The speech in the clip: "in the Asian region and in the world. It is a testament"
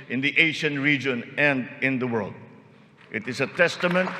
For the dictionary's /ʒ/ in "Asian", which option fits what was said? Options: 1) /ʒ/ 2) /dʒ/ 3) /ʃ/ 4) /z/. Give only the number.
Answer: 3